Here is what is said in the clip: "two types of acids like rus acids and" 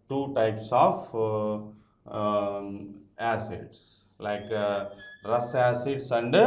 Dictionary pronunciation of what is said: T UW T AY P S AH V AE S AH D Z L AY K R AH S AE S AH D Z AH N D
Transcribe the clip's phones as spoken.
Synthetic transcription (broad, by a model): T UW T AY P S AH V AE S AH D S L AY K R AH S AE S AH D S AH N D